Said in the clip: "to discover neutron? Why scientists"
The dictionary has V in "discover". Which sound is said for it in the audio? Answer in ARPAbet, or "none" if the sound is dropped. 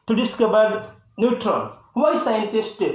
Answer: B